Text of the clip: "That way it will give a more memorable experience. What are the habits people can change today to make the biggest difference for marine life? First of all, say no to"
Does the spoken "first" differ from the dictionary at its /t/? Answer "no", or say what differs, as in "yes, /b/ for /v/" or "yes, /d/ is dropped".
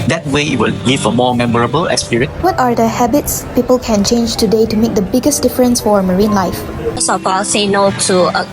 yes, /t/ is dropped